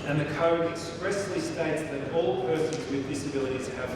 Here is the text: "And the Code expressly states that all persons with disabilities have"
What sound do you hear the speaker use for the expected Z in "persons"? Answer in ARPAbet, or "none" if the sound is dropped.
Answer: Z